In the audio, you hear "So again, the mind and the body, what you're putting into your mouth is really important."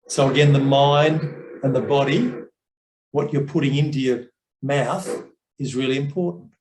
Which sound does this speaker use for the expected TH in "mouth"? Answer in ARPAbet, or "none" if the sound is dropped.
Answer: TH